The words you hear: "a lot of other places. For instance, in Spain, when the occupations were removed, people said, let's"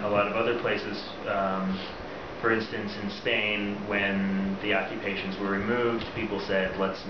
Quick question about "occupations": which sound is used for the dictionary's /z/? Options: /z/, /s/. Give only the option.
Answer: /z/